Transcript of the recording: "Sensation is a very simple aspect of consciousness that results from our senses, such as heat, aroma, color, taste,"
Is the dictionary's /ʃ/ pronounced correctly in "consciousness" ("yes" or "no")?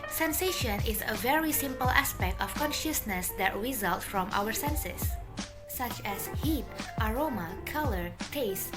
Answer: yes